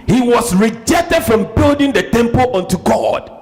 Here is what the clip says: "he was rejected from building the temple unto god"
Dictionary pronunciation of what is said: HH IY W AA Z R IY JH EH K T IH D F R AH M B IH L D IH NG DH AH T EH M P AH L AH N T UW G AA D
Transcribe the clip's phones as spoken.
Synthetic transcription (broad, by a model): HH IY W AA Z R IY JH EH K T IH D F R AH M B IH L D IH NG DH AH T EH M P AH L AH N T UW G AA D